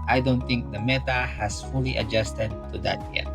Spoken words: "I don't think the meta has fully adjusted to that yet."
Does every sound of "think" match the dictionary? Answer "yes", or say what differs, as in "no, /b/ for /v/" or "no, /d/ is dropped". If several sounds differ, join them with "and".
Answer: no, /t/ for /θ/